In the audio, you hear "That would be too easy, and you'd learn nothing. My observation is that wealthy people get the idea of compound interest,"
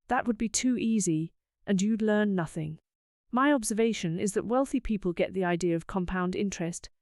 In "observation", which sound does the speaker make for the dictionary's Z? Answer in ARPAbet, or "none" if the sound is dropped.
Z